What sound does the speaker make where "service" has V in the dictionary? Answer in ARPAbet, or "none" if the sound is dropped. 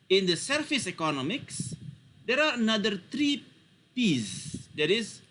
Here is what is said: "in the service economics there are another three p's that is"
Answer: F